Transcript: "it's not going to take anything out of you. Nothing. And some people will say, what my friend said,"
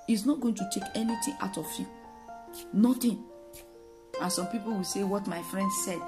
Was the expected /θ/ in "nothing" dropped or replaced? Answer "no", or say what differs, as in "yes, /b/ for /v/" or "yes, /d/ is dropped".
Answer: yes, /t/ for /θ/